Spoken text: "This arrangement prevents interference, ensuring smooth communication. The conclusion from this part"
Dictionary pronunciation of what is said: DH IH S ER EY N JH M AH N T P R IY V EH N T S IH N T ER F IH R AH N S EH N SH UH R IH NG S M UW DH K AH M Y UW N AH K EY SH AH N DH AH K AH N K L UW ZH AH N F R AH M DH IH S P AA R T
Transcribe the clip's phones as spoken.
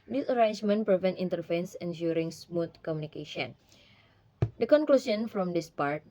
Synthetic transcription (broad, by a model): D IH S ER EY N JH M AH N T P R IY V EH N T IH N T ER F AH N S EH N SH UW R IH NG S M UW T K AH M Y UW N AH K EY SH AH N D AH K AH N K L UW S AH N F R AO M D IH S P AA R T